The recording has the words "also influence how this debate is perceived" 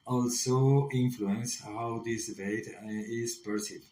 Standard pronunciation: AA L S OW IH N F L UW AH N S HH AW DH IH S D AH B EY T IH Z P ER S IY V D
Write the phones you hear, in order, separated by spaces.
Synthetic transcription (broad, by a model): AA L S OW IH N F L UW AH N S HH AW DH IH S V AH IH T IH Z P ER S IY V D